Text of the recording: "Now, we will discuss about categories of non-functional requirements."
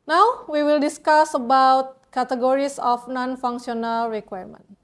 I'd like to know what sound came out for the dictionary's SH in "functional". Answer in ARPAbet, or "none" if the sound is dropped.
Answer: S